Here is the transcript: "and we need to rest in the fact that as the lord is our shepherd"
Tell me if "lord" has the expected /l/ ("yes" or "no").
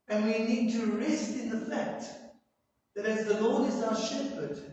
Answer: yes